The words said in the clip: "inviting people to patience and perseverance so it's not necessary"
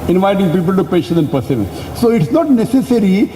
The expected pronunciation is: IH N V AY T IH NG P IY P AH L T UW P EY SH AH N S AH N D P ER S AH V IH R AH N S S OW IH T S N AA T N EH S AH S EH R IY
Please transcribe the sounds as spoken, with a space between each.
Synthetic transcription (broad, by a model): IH N V AY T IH NG P IY P AH L T UW P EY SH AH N AH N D P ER S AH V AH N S S OW IH T S N AA T N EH S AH S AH R IY